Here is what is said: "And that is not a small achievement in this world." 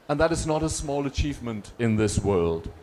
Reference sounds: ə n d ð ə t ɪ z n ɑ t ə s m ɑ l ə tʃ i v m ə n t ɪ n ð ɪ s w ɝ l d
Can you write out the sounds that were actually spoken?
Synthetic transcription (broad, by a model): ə n ð ə t ɪ z n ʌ t ə s m ɑ l ə tʃ i v m ə n t ɪ n ð ɪ s w ɝ l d